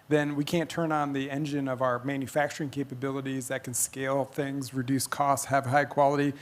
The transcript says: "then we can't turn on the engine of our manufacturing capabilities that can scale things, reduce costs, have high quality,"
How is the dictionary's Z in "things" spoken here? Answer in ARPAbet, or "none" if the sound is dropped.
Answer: Z